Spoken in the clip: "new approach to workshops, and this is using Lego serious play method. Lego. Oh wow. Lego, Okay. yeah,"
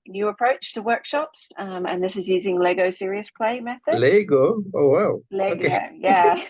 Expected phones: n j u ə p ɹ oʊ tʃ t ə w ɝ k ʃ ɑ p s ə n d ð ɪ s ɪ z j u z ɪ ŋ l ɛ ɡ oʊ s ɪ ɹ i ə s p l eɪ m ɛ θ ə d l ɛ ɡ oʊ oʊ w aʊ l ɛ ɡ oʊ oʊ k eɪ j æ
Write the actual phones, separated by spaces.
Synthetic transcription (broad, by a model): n j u ə p ɹ oʊ tʃ t ə w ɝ k ʃ ɑ p s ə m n ð ɪ s ɪ z j u z ɪ ŋ l ɛ ɡ oʊ s ɪ ɹ i ə s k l eɪ m ɛ θ ə d l ɛ ɡ oʊ oʊ w aʊ l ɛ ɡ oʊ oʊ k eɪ j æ